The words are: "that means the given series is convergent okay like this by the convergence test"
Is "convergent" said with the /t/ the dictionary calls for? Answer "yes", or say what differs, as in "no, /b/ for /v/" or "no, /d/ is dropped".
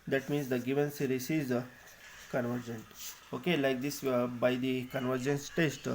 yes